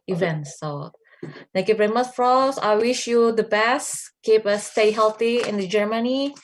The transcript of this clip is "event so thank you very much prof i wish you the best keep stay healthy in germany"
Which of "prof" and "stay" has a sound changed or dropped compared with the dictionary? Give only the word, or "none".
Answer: prof